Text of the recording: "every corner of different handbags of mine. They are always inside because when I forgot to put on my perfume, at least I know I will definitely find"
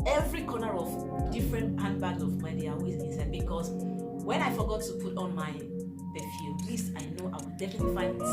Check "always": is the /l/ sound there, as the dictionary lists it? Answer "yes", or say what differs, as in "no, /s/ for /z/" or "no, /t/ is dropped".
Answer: no, /l/ is dropped